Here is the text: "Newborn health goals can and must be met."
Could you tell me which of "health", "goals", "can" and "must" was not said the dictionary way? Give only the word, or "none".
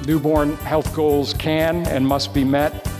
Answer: none